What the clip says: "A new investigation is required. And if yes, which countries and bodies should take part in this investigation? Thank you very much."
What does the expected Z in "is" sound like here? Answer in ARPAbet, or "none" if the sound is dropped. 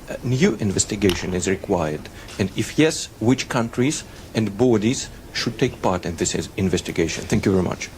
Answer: Z